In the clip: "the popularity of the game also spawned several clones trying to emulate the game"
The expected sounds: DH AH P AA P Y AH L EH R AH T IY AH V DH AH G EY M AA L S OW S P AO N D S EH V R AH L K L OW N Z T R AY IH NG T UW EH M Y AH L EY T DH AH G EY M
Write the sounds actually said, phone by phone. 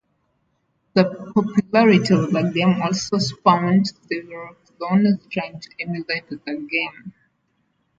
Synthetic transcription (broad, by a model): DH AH P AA P Y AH L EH R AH T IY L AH G EY M AA L S OW S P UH N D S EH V AH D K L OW N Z T R AY IH NG T UW EH M Y AH L EY T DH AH G EY M